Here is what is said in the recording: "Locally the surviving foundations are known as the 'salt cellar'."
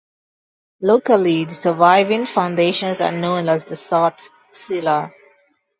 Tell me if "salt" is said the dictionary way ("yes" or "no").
no